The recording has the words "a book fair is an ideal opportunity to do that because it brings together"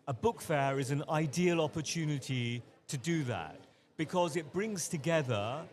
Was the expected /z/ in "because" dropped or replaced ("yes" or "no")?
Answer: no